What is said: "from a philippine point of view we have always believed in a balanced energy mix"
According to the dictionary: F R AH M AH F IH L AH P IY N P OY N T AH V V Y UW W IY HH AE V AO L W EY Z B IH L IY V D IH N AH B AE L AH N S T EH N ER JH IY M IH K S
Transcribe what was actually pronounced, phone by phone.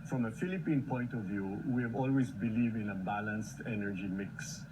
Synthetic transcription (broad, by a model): F R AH M AH F IH L AH P IY N P OY N T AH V V Y UW W IY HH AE V AO L W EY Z B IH L IY V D IH N AH B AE L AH N S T EH N ER JH IY M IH K S